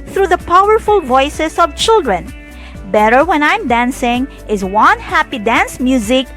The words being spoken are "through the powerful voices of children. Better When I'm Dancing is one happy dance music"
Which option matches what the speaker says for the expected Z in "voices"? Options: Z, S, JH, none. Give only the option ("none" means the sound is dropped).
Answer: S